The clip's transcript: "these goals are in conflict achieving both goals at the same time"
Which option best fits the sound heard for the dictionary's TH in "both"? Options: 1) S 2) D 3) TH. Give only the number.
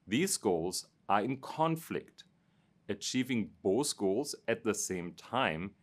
1